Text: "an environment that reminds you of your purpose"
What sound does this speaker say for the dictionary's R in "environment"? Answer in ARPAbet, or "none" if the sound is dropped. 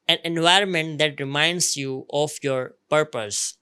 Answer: R